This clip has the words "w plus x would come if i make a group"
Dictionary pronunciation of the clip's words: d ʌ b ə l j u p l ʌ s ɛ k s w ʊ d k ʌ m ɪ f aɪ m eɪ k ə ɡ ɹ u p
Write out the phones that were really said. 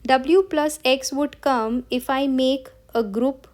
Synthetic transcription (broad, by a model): d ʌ b l j u p l ʌ s ɛ k s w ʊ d k ʌ m ɪ f aɪ m eɪ k ə ɡ ɹ u p